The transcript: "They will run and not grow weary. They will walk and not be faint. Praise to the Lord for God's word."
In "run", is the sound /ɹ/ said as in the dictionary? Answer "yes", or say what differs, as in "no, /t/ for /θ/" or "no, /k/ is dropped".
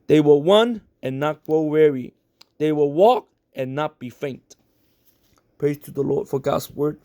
no, /w/ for /ɹ/